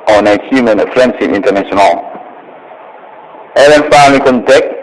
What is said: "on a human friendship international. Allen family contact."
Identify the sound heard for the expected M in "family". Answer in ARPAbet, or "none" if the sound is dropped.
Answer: none